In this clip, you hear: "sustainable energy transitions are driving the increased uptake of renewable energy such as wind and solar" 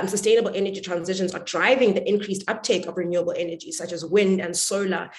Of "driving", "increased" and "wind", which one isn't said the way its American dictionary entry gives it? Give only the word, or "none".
none